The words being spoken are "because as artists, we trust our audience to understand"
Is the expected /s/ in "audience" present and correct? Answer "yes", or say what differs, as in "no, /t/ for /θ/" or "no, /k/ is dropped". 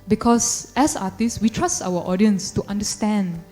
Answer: yes